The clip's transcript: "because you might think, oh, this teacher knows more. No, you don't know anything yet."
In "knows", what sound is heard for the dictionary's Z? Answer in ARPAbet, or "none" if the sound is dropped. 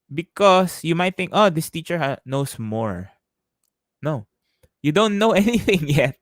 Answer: S